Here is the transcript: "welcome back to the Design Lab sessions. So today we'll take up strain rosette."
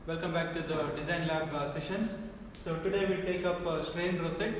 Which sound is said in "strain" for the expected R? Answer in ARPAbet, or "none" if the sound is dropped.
R